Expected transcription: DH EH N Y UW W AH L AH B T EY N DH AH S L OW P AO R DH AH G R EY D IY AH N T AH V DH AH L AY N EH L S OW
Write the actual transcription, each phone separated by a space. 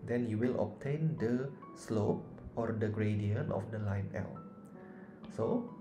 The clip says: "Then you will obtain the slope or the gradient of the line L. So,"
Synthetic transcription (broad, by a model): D EH N Y UW W AH L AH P T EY N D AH S L OW P AO R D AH G R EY D IY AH N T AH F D AH L AY N EH L S OW